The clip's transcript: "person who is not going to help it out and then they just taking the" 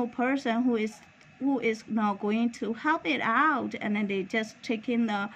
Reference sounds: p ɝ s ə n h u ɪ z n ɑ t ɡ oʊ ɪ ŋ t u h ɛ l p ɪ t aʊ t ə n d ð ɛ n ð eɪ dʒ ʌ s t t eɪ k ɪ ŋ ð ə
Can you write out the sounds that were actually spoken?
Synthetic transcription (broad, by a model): p ɝ s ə n h u ɪ z n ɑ t ɡ oʊ ɪ ŋ t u h ɛ l p ɪ t aʊ t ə n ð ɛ n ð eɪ dʒ ʌ s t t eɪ k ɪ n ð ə